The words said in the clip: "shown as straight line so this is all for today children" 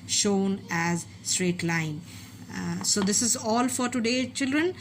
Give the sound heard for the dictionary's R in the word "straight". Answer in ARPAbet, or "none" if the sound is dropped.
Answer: R